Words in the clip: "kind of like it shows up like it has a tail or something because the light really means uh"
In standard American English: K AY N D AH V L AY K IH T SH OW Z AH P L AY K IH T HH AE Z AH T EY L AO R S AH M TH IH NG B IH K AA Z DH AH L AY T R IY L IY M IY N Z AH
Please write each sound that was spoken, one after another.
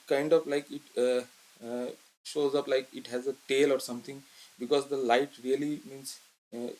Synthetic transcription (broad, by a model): K AY N D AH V L AY K IH T SH OW Z AH P L AY K IH T HH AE Z AH T EY L AO R S AH M T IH NG B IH K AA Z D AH L AY T R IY L IY M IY N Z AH